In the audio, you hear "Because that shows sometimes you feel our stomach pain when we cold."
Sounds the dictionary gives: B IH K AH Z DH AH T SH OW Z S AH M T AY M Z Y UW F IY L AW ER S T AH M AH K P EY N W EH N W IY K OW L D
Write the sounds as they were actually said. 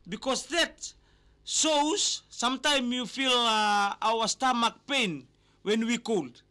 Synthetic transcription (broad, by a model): B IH K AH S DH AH T S OW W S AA M T AY M Y UW F IY L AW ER S T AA M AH K P EY N W EH N W IY K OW L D